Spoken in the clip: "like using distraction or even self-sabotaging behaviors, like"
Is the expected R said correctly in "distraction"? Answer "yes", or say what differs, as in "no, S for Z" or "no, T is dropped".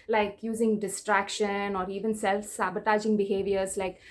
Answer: yes